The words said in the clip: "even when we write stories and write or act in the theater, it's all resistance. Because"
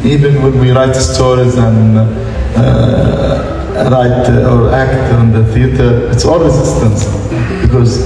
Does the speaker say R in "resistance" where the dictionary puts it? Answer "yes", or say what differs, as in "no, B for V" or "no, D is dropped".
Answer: no, W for R